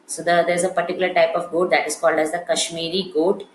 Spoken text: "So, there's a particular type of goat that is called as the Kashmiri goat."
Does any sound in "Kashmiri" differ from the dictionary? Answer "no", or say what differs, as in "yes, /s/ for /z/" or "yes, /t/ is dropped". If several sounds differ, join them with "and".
no